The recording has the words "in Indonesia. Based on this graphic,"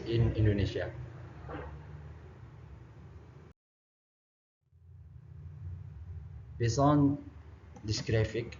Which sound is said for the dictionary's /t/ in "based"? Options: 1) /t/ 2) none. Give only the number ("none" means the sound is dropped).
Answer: 2